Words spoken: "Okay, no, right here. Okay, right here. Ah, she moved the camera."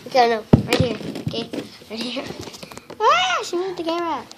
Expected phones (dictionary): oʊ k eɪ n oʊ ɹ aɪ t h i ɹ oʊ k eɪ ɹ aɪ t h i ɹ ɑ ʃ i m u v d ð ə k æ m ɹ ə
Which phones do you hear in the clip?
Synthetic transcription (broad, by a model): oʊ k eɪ n oʊ ɹ aɪ t h i ɹ oʊ k eɪ ɹ aɪ t h i ɹ ɑ ʃ i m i d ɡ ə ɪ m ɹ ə